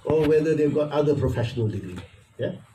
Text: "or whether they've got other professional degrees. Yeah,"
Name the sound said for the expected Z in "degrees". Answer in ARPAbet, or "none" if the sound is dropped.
none